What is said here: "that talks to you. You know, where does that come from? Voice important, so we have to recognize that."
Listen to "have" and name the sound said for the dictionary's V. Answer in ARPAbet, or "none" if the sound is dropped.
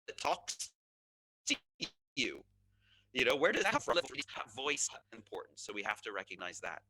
F